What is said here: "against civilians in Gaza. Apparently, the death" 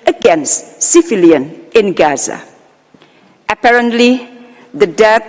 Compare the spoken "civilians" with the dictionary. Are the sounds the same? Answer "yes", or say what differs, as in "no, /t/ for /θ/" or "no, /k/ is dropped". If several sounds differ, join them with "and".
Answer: no, /f/ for /v/ and /z/ is dropped